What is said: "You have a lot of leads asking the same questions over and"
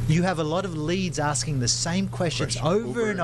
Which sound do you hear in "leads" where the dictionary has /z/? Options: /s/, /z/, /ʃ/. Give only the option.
/z/